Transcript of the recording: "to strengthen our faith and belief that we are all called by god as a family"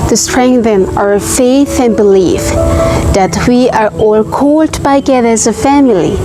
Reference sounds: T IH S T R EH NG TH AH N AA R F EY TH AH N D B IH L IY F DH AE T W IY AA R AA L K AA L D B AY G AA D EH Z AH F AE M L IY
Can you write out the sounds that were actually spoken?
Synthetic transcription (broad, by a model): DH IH S T R EH NG TH AH N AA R F EY TH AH N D B IH L IY F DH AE T W IY AA R AA L K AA L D B AY G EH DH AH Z AH F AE M L IY